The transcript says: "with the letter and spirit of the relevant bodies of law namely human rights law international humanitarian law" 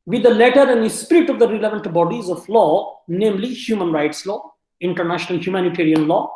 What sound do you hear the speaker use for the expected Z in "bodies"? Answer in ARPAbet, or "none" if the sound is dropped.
Z